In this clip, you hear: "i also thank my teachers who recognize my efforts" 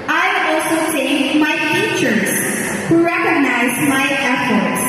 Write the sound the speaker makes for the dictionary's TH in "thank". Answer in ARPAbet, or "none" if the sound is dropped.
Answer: S